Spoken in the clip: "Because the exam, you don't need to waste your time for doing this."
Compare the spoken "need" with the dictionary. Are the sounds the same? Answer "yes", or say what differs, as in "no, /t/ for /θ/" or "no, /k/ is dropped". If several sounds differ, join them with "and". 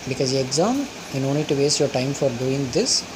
no, /l/ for /n/